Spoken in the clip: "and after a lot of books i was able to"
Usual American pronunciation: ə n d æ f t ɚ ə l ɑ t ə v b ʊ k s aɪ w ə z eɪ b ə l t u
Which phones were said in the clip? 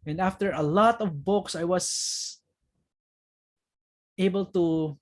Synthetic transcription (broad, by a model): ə n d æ f t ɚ ə l ɑ t ə v b ʊ k s aɪ w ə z eɪ b ə l t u